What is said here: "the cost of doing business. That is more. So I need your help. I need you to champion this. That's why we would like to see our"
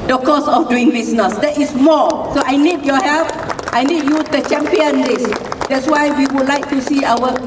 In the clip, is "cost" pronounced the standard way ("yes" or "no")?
no